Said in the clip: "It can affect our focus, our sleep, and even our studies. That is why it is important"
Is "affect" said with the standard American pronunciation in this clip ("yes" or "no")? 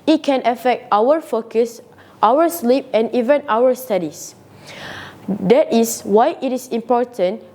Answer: yes